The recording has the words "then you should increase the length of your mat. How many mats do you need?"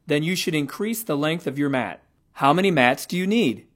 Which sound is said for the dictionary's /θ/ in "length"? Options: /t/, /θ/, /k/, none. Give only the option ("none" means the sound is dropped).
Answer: /θ/